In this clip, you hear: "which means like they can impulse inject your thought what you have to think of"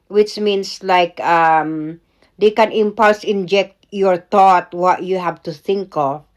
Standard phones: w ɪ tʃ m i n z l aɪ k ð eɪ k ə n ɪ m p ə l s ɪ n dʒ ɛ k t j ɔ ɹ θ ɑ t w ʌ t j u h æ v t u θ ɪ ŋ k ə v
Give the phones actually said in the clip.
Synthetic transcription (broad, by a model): w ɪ tʃ m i n s l aɪ k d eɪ k ə n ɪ m p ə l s ɪ n dʒ ɛ k t j ɔ ɹ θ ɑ t w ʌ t j u h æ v t u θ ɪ ŋ k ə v